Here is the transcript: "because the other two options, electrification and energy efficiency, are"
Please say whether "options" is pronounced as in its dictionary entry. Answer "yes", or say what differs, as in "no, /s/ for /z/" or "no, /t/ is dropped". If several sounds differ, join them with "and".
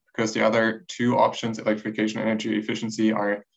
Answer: yes